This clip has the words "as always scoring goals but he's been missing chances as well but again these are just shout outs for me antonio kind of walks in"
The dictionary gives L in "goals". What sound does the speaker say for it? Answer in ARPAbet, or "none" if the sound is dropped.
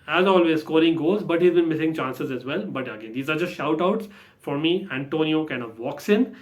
none